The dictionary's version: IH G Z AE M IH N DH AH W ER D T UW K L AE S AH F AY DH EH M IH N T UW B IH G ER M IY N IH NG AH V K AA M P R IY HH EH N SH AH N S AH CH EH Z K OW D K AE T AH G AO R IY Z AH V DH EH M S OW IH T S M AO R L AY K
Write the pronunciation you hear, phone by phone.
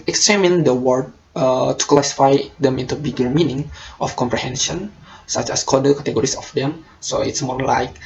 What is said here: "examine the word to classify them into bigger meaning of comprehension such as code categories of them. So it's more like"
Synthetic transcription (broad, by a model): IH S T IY M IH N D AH W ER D T UW K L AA S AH F AY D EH M IH N T UW B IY G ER M IY N IH NG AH F K AA M P R IY HH EH N SH AH N S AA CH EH S K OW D K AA T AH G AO R IY S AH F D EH M S OW IH T S M AO R L AY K